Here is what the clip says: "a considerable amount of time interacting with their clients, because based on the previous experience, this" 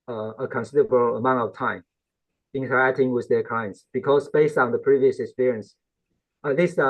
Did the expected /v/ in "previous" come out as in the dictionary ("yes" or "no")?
yes